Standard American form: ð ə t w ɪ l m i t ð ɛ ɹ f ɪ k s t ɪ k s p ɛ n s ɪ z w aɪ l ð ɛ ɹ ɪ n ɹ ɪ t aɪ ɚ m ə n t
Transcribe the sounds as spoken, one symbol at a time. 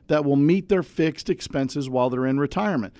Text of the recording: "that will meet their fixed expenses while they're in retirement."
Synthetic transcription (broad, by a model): ð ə t w ɪ l m i t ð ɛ ɹ f ɪ k s t ɪ k s p ɛ n s ɪ z w aɪ l ð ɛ ɹ ɪ n ɹ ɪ t aɪ ɚ m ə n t